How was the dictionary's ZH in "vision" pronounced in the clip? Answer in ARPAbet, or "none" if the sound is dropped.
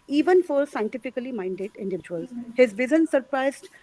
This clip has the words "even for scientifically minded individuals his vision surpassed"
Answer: Z